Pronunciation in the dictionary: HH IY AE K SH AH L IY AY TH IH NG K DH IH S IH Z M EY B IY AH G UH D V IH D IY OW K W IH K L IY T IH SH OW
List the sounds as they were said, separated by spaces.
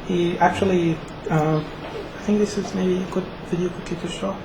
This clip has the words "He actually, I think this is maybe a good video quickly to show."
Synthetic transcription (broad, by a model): HH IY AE K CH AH L IY AY TH IH NG K DH IH S IH Z M EY B IY AH G UH D V IH D IY OW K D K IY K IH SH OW